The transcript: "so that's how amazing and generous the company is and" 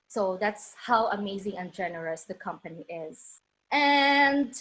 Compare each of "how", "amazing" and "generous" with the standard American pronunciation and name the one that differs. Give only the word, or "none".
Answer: none